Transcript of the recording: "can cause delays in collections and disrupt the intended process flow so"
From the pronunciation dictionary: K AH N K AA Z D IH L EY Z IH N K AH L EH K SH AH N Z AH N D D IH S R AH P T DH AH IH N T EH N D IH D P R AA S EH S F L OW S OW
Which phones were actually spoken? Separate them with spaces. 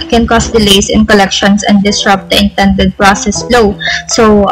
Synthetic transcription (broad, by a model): K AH N K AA S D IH L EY S IH N K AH L EH K SH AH N S AH N D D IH S R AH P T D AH IH N T EH N D IH D P R AA S EH S L OW S OW